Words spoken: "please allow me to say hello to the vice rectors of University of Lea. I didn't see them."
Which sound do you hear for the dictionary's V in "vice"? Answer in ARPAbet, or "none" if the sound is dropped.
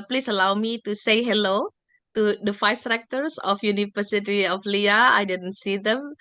F